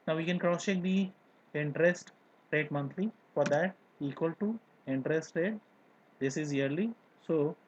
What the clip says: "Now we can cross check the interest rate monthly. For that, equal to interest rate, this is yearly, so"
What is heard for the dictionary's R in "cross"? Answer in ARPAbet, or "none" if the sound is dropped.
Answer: R